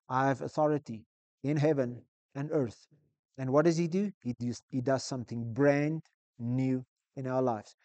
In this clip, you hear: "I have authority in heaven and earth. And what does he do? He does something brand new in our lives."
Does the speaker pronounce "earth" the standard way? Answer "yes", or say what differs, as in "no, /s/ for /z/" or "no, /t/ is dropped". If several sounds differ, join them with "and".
yes